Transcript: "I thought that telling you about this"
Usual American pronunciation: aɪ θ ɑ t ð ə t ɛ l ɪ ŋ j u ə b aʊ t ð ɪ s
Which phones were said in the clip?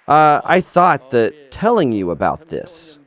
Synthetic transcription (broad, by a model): aɪ θ ɑ t ð ə t ɛ l ɪ ŋ j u ə b aʊ t ð ɪ s